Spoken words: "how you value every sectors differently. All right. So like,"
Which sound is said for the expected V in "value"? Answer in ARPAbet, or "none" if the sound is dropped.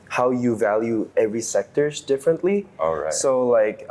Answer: V